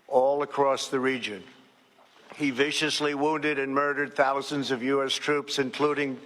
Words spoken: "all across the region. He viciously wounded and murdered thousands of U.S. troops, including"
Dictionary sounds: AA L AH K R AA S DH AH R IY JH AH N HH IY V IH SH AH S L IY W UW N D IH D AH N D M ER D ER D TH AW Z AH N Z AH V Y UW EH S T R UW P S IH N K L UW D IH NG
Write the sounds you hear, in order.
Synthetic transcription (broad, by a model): AA L AH K R AA S DH AH R IY JH AH N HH IY V IH SH AH S L IY W UW N D IH D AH N M ER D ER D TH AW Z AH N Z AH V Y UW EH S T R UW P S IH N K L UW D IH NG